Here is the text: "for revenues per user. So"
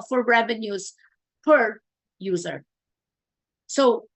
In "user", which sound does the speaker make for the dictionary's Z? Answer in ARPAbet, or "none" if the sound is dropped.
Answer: Z